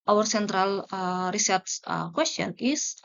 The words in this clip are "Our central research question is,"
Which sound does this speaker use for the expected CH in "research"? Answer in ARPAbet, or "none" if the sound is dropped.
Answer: S